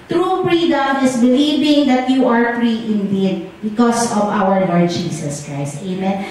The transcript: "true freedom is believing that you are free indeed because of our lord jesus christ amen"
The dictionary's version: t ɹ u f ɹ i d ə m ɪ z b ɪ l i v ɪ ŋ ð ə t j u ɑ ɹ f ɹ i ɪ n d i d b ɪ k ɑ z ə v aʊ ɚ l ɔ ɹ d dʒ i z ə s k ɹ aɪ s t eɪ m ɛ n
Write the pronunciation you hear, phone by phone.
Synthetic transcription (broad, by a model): t ɹ u p ɹ i d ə m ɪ s b ɪ l i v ɪ ŋ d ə t j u ɑ ɹ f ɹ i ɪ n d i d b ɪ k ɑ s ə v aʊ ɚ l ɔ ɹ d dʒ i s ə s k ɹ aɪ s t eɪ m ɛ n